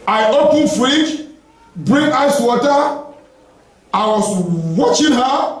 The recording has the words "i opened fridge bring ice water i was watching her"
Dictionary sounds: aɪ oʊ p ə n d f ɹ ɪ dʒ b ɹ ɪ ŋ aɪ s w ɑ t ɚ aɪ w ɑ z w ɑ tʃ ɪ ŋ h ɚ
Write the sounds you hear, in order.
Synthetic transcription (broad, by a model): aɪ oʊ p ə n f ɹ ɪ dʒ b ɹ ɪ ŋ aɪ s w ɑ t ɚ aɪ w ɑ s w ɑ tʃ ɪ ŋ h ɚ